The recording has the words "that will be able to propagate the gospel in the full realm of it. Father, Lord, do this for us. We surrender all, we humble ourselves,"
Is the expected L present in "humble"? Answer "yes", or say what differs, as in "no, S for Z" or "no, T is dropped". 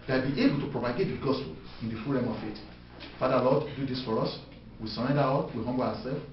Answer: no, W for L